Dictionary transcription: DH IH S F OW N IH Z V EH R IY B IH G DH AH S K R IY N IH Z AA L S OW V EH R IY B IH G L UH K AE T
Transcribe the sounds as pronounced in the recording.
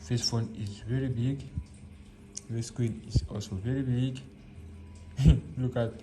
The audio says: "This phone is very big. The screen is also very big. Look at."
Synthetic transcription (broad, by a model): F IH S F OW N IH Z V EH R IY B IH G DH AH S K W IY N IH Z AA L S OW V EH R IY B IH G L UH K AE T